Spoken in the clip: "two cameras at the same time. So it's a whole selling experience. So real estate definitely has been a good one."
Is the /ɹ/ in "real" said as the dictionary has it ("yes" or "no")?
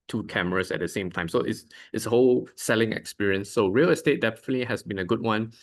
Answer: yes